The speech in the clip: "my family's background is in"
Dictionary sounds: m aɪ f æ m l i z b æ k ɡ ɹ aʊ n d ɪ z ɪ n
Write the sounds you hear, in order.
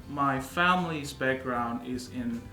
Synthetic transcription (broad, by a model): m aɪ f æ m l i z b æ k ɡ ɹ aʊ n d ɪ z ɪ n